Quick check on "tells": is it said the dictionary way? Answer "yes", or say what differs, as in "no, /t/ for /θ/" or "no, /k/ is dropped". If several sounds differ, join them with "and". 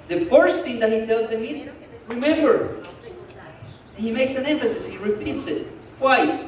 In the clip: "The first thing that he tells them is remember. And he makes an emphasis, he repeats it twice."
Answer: yes